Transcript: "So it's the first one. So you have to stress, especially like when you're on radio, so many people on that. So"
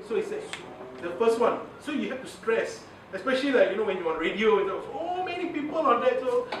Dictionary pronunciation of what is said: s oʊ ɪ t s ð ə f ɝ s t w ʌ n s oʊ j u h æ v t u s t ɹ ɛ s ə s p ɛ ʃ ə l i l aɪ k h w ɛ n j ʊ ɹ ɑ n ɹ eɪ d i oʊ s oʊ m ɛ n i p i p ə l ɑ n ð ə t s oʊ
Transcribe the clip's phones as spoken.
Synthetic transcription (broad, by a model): s oʊ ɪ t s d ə f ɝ s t w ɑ n s oʊ j u h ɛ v t u s t ɹ ɛ s ə s p ɛ ʃ ə l i l aɪ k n w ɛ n j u w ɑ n ɹ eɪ d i oʊ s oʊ m ɛ n i p i p ə l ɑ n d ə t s oʊ